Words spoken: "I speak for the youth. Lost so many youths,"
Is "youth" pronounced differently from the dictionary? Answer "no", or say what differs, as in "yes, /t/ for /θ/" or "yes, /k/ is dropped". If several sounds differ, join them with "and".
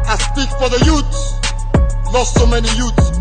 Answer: yes, /s/ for /θ/